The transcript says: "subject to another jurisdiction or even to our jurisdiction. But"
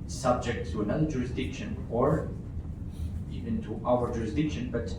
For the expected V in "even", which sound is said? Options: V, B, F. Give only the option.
V